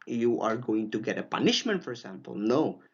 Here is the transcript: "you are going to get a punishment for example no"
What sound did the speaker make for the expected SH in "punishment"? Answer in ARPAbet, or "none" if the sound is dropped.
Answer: SH